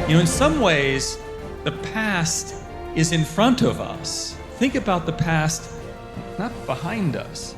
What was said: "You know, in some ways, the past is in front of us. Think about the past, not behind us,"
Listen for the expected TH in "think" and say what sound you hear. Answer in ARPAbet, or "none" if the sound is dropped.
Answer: TH